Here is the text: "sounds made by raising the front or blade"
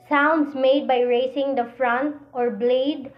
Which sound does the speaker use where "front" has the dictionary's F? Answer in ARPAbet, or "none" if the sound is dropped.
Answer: F